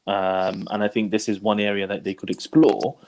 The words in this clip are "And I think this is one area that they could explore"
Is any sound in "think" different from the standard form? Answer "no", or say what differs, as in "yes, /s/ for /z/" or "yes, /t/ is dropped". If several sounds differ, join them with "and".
no